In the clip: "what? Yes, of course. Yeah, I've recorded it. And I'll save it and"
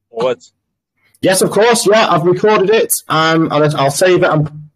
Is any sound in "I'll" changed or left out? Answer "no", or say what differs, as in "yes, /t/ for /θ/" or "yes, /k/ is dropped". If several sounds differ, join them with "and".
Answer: no